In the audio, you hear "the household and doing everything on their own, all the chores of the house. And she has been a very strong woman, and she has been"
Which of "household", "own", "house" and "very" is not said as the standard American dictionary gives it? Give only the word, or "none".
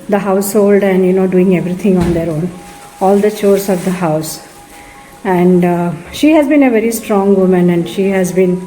none